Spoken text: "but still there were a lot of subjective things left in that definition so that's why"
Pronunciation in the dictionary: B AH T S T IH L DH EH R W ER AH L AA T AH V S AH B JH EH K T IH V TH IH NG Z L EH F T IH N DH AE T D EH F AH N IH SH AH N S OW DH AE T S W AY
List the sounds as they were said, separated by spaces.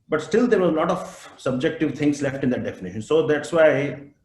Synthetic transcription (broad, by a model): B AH T S T IH L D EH R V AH L AA T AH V S AH B JH EH K T IH V T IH NG S L EH F T IH N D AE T D EH F AH N IH SH AH N S OW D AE T S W AY